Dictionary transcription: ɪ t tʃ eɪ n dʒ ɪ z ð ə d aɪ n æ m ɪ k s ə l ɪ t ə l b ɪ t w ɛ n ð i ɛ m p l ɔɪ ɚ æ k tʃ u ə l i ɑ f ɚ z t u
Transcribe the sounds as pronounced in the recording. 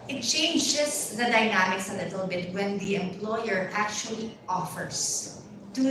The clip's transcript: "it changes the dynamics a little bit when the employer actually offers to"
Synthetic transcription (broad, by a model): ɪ t tʃ eɪ n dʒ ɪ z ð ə d aɪ n æ m ɪ k s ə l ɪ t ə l b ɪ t w ɛ n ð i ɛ m p l ɔɪ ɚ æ k tʃ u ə l i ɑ f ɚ s t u